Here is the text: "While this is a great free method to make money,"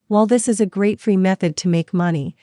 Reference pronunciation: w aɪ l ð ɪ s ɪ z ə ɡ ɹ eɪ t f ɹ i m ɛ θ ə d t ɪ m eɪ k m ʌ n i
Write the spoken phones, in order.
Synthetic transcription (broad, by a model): w aɪ l ð ɪ s ɪ z ə ɡ ɹ eɪ t f ɹ i m ɛ θ ə d t ɪ m eɪ k m ʌ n i